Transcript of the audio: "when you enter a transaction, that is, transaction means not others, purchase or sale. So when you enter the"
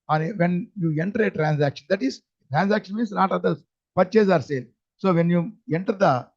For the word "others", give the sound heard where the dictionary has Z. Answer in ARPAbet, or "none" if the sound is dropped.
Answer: none